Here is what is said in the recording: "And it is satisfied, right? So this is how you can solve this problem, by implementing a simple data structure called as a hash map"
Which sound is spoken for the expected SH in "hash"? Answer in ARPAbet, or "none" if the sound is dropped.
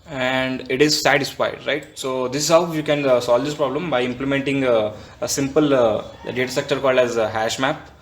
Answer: SH